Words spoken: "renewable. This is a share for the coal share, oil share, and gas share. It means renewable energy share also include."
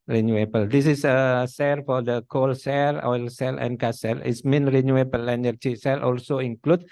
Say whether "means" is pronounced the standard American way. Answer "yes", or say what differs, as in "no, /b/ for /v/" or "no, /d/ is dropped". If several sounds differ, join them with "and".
no, /z/ is dropped